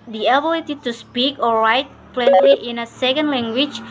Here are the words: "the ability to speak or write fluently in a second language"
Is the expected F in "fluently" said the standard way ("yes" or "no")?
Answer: no